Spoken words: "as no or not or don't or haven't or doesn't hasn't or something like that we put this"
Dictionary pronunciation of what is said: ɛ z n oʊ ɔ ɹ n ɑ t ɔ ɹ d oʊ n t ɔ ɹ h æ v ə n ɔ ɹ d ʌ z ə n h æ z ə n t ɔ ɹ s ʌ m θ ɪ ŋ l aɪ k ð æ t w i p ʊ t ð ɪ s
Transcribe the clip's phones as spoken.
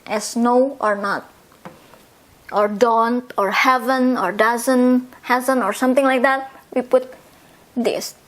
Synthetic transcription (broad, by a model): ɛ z n oʊ ɔ ɹ n ɑ t ɔ ɹ d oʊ n t ɔ ɹ h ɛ v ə n ɔ ɹ d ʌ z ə n h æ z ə n ɔ ɹ s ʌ m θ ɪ ŋ l aɪ k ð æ t w i p ʊ t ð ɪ s